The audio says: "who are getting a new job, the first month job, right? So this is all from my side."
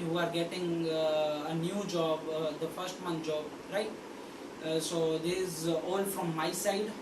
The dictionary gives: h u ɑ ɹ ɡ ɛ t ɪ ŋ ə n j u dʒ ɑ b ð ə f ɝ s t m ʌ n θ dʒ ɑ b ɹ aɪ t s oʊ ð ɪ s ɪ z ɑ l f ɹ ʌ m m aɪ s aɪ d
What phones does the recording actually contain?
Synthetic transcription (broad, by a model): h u ɑ ɹ ɡ ɛ t ɪ ŋ ə n j u dʒ ɑ b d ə f ɝ s t m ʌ n t dʒ ɑ b ɹ aɪ t s oʊ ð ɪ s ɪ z ɑ l f ɹ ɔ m m aɪ s aɪ d